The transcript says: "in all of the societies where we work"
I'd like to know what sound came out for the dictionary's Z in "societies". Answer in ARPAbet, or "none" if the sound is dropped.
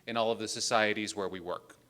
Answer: Z